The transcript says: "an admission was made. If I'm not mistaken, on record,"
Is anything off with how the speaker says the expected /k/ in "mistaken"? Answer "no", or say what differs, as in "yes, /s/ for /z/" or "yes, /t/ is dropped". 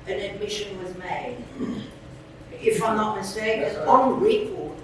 yes, /k/ is dropped